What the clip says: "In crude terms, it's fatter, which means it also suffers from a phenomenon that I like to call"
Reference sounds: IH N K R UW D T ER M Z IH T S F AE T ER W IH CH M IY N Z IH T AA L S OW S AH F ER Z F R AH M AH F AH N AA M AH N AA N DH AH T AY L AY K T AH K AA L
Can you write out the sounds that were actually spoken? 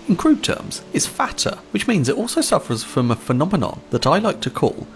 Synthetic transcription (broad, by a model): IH N K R UW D T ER M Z IH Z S F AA T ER W IH CH M IY N Z IH T AA L S OW S AH F ER Z F R AH M AH F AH N AA M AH N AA N DH AH T AY L AY K T AH K AA L